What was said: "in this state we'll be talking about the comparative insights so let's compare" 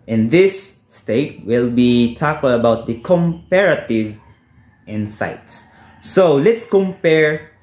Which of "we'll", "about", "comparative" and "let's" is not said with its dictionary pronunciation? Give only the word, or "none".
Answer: none